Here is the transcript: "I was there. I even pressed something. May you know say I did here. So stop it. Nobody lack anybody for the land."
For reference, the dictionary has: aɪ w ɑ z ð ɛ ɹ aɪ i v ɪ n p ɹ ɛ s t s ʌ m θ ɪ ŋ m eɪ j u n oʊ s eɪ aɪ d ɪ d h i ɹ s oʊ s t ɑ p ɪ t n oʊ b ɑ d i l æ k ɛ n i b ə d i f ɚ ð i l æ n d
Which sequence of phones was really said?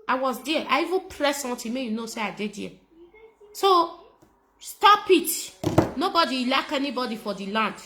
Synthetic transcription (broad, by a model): aɪ w ɑ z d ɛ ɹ aɪ i v ɪ n p ɹ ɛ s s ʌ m t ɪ m eɪ j u n oʊ s eɪ aɪ d ɪ d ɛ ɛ s oʊ s t ɑ p ɪ t n oʊ b ɑ d i l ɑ k ɛ n i b ə d i f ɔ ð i l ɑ n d